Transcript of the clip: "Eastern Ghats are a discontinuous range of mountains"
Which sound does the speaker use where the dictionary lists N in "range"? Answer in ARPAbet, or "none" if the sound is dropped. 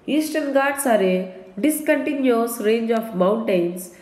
N